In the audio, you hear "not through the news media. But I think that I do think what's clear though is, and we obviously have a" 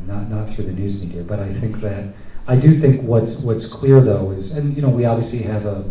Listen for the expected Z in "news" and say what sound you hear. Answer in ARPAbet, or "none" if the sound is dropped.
Z